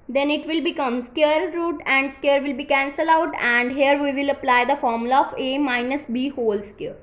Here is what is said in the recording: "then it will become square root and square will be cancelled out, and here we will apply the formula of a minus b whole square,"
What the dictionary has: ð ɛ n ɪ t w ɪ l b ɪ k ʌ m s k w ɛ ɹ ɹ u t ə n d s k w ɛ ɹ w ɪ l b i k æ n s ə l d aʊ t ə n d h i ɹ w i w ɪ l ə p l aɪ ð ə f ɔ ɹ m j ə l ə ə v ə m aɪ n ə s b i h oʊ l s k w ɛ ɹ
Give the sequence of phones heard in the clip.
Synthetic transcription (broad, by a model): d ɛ n ɪ t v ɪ l b ɪ k ʌ m s k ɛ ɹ ɹ u t ə n d s k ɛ ɹ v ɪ l b i k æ n s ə l aʊ t ə n d h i ɹ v i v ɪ l ə p l aɪ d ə f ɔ ɹ m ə l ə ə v ə m aɪ n ə s b i h oʊ l s k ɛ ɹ